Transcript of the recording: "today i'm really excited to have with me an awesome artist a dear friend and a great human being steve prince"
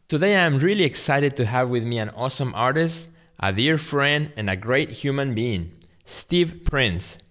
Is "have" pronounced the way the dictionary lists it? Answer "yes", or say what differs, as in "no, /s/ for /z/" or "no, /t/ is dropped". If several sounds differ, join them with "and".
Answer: yes